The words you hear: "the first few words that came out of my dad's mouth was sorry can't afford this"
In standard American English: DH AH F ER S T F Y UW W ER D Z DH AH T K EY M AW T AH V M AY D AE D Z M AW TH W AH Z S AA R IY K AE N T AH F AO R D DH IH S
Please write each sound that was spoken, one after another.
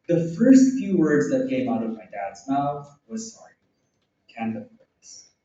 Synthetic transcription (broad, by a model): DH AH F ER S T F Y UW W ER D Z DH AH T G EY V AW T AH V M AY D AE D Z M AW TH W AH Z S AA R IY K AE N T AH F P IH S